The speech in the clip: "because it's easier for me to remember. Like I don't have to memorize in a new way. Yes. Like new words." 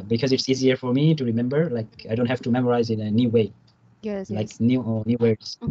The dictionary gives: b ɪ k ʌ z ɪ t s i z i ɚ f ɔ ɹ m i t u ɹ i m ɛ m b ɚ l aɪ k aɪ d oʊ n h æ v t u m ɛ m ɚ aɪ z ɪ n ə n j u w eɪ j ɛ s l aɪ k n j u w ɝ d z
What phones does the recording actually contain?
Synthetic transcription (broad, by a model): b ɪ k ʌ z ɪ t s i z i ɚ f ɔ ɹ m i t u ɹ i m ɛ m b ɚ l aɪ k aɪ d oʊ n h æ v t u m ɛ m ɚ aɪ z ɪ n ə n j u w eɪ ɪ l aɪ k n j u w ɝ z